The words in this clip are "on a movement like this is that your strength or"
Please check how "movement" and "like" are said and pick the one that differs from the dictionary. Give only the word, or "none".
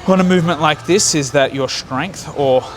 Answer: none